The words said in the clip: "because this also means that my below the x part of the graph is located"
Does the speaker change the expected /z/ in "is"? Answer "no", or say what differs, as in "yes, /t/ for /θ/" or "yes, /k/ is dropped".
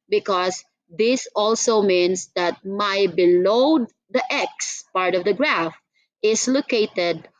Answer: yes, /s/ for /z/